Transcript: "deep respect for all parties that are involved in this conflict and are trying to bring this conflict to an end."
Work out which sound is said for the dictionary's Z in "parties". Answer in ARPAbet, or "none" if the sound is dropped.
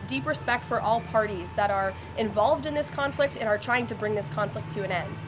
Z